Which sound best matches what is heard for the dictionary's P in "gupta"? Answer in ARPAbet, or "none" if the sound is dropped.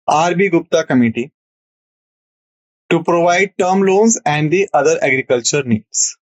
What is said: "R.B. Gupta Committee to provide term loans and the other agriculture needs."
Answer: P